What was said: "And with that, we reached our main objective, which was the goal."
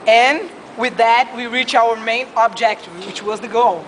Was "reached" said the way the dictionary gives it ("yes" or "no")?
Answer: no